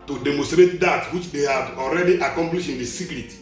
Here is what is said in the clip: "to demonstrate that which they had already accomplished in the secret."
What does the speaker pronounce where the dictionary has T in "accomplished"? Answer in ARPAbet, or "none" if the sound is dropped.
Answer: none